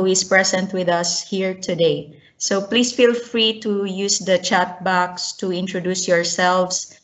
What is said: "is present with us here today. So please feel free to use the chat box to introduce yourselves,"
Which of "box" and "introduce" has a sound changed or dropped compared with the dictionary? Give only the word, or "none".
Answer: none